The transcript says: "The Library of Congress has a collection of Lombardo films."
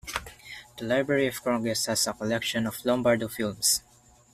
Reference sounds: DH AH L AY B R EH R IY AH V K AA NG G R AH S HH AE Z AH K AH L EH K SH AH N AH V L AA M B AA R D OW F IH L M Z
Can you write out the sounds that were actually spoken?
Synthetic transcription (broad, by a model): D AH L AY B R EH R IY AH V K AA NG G AH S HH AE S AH K AH L EH K SH AH N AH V L AA M B AA R D OW F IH L M S